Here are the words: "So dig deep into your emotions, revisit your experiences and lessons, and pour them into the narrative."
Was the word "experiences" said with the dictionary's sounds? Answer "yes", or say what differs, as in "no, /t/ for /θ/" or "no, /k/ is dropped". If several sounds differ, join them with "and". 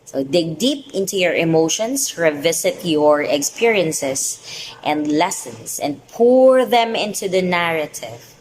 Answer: no, /s/ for /z/